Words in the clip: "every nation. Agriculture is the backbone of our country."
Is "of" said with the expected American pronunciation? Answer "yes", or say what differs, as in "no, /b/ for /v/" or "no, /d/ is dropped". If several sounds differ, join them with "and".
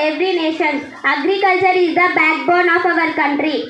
yes